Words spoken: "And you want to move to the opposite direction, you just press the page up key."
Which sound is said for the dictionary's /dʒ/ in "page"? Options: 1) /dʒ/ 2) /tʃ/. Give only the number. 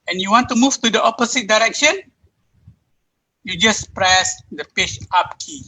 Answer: 2